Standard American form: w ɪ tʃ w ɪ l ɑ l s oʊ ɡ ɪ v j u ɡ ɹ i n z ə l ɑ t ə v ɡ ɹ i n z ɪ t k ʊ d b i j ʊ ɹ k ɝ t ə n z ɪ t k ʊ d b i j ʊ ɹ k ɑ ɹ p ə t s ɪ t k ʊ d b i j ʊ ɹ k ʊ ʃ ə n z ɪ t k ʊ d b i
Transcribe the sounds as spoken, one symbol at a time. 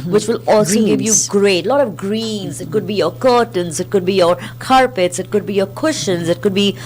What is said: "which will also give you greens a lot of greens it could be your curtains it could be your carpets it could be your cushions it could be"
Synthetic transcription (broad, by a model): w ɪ tʃ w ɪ l ɑ l s oʊ ɡ ɪ v j u ɡ ɹ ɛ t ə l ɑ t ə v ɡ ɹ i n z ɪ t k ʊ d b i j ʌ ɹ k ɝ t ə n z ɪ t k ʊ d b i j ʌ ɹ k ɑ ɹ p ə t s ɪ t k ʊ d b i j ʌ ɹ k ʊ ʃ ə n z ɪ t k ʊ d b i